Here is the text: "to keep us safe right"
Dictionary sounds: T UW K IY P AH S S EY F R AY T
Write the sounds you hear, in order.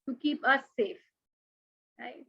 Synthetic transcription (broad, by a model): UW K IY P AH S S EY F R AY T